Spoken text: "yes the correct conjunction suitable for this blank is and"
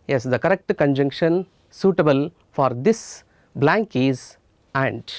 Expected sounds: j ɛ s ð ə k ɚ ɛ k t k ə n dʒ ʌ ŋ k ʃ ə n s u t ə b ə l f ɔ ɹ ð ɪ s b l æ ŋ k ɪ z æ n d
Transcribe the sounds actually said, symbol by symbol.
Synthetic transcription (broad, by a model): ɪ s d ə k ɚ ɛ k t k ə n dʒ ʌ ŋ k ʃ ə n s u t ə b ə l f ɔ ɹ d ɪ s b l æ ŋ k ɪ z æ n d